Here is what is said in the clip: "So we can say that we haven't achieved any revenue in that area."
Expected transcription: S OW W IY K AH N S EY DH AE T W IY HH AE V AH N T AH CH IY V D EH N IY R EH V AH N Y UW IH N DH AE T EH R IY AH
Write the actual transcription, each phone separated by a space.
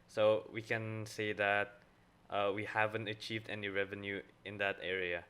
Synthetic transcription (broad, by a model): S OW W IY K AH N S EY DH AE T W IY HH AE V AH N T AH CH IY V D EH N IY R EH V AH N Y UW IH N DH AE T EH R IY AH